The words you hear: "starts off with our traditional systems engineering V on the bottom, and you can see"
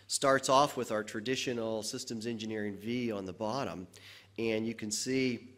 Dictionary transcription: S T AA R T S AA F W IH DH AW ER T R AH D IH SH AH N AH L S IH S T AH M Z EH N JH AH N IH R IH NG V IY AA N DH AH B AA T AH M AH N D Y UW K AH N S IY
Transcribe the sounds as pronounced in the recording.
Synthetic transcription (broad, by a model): S T AA R T S AA F W IH DH AW ER T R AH D IH SH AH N L S IH S T AH M Z EH N JH AH N IH R IH NG V IY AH N DH AH B AA T AH M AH N Y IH K AH N S IY